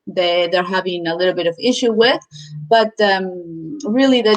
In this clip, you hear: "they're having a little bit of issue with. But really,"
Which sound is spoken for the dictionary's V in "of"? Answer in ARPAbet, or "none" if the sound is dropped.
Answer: V